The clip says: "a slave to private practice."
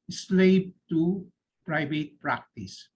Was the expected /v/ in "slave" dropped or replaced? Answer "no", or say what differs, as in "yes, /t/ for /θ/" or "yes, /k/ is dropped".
yes, /b/ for /v/